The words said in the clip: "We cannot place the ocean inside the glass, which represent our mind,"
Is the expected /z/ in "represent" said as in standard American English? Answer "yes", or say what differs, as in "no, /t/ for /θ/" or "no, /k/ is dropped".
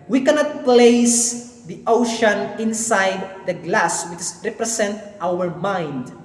no, /s/ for /z/